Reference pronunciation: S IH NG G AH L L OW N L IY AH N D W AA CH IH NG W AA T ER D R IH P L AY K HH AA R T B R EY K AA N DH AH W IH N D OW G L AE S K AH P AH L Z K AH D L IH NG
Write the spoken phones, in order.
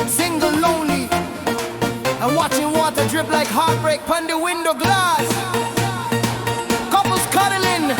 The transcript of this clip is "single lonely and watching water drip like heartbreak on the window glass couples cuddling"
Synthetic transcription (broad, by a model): S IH NG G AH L L OW N L IY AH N W AA CH IH NG W AA T ER D R IH P L AY K HH AA R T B R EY K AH N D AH W IH N D OW G L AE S K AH P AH L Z K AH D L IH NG